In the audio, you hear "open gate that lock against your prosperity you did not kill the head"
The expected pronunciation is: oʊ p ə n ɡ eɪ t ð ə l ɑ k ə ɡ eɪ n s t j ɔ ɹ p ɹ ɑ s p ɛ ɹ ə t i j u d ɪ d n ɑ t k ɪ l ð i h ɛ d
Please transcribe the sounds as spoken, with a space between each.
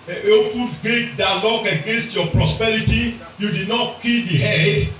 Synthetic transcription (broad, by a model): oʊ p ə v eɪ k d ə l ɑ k ə ɡ eɪ n s t j ɔ p ɹ ɑ s p ɛ ɹ ə t i j u d ɪ d n ɑ t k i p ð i h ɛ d